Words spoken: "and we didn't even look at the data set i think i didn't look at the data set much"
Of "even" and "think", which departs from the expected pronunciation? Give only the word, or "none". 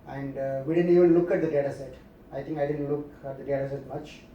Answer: think